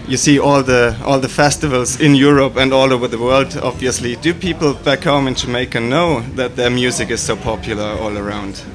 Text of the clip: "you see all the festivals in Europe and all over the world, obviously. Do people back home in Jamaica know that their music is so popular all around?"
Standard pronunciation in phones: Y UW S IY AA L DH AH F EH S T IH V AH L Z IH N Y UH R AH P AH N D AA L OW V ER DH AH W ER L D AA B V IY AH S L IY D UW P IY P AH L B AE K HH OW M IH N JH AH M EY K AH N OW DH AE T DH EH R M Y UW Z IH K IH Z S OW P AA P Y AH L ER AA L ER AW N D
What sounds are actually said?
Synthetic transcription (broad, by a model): Y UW S IY AA L DH AH F EH S T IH V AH L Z IH N Y UH R AH P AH N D AA L OW V ER DH AH W ER L D AA B V IY AH S L IY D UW P IY P L B AE K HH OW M IH N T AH M EY K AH N OW DH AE T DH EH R M Y UW Z IH K IH Z S OW P AA P Y AH L ER AA L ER AW N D